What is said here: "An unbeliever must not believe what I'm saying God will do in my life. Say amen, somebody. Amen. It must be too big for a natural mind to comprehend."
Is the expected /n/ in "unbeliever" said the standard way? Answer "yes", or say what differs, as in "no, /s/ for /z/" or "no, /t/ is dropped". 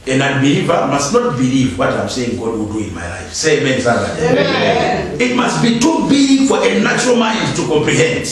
no, /n/ is dropped